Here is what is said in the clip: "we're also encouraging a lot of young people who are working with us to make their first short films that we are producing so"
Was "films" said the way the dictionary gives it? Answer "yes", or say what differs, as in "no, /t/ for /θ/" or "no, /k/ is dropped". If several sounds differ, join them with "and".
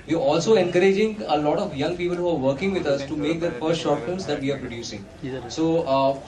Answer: no, /l/ is dropped